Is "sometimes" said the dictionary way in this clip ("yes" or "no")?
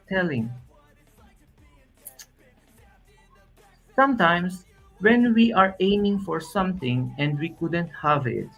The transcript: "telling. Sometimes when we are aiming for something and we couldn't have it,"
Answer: no